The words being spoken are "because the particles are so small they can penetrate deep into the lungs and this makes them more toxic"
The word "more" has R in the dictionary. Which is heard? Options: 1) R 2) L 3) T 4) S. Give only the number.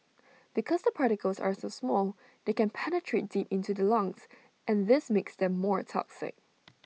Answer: 1